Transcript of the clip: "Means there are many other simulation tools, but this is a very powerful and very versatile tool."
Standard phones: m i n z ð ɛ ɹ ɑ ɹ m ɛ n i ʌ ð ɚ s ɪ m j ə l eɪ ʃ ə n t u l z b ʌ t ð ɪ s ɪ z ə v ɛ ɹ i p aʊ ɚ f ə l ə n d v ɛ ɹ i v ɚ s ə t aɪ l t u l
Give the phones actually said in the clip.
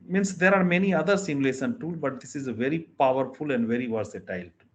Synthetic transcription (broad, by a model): m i n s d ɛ ɹ ɑ ɹ m ɛ n i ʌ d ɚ s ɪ m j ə l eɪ s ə n t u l b ʌ t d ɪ s ɪ z ə v ɛ ɹ i p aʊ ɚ f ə l ə n d v ɛ ɹ i v ɚ s ə t aɪ l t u